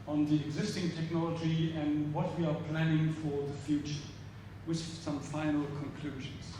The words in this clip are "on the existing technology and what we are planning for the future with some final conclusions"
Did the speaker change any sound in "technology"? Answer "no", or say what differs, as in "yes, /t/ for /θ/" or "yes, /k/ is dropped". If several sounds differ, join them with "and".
no